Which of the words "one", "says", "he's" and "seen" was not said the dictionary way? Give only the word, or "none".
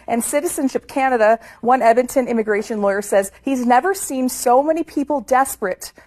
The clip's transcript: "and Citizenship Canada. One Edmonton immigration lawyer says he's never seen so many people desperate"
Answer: none